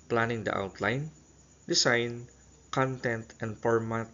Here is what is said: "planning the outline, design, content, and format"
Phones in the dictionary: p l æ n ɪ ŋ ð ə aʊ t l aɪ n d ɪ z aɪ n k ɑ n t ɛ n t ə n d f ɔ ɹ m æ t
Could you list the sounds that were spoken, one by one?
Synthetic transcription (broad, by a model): p l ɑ n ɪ ŋ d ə aʊ t l aɪ n d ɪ s aɪ n k ɑ n t ɛ n t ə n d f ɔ ɹ m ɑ t